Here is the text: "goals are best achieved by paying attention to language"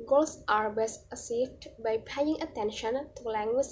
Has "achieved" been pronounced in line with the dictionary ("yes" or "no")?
no